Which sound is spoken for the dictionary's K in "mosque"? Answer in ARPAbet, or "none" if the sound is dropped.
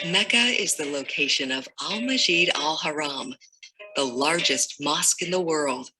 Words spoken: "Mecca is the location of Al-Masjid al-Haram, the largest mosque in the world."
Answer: K